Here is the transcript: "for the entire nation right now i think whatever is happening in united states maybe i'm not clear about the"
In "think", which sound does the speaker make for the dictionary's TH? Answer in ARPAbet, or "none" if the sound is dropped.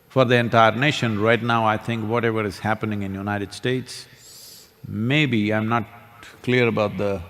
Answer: T